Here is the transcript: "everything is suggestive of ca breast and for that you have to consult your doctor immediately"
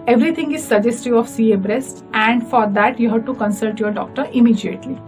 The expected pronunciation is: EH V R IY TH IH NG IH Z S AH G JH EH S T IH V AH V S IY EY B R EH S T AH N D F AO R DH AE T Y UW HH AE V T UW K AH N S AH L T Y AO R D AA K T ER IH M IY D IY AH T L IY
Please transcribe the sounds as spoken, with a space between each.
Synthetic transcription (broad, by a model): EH V R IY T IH NG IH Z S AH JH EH S T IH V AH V S IY EY B R EH S T AH N D F AO R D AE T Y UW HH AE V T UW K AH N S AH L T Y AO R D AA K T ER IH M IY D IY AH T L IY